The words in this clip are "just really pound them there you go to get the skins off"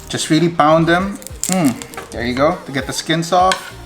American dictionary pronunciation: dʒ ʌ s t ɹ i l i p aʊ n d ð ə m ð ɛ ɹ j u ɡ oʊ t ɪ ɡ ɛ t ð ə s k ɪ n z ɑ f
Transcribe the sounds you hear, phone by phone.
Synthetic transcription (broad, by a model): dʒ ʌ s t ɹ i l i b aʊ n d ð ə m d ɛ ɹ j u ɡ oʊ t ɪ ɡ ɛ t ð ə s k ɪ n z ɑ f